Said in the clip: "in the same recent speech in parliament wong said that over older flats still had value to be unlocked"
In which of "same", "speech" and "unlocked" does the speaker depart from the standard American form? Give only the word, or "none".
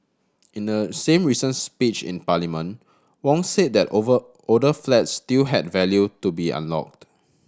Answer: none